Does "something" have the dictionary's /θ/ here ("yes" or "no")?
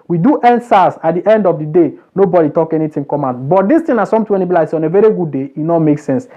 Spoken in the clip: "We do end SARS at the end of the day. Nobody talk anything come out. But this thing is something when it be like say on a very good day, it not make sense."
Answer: no